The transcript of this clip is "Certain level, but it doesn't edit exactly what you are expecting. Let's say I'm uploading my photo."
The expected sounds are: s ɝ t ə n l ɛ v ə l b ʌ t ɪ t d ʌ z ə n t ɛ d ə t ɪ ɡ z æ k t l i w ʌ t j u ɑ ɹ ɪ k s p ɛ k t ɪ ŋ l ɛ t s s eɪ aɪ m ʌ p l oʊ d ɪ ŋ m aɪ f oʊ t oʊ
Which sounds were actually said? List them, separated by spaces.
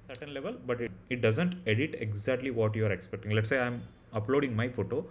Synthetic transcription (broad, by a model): s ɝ t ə n l ɛ v ə l b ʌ t ɪ t d ʌ z ə n t ɛ d ə t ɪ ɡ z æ k t l i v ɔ t j u ɑ ɹ ɪ k s p ɛ k t ɪ ŋ l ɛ t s s eɪ aɪ m ʌ p l oʊ d ɪ ŋ m aɪ f oʊ t oʊ